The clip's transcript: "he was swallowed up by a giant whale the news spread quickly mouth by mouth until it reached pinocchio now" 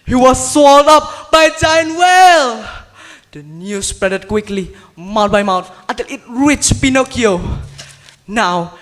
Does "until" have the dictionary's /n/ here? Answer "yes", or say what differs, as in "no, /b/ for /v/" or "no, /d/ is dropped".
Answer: no, /n/ is dropped